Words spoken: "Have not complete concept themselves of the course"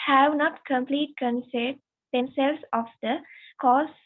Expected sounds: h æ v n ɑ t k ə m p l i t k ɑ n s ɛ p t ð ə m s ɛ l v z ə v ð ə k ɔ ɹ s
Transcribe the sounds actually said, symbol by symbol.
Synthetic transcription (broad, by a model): h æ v n ɑ t k ə m p l i t k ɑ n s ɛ t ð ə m s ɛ l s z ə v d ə k ɔ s